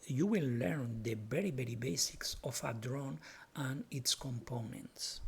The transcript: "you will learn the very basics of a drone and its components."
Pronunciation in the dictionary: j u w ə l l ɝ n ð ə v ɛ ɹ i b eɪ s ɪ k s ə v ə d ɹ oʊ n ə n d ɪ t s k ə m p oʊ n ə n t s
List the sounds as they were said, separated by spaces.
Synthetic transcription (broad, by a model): j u w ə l l ɝ n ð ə b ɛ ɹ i b eɪ s ɪ k s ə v ə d ɹ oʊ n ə n ɪ t s k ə m p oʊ n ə n t s